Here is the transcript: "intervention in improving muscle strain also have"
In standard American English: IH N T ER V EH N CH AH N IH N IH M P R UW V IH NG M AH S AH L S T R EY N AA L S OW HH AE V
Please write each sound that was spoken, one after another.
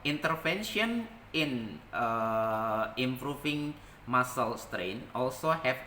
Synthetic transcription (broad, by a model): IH N T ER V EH N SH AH N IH N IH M P R UW F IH NG M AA S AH L S T R EY N AA L S OW HH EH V